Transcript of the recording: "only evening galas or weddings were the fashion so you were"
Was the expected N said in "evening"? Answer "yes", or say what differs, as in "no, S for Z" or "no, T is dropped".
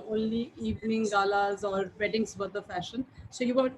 yes